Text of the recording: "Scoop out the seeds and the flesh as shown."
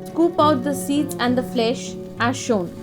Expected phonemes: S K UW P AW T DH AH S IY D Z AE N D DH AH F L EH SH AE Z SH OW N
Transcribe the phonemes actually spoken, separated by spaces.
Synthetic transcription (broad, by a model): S K UW P AW T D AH S IY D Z AE N D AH F L EH SH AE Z SH OW N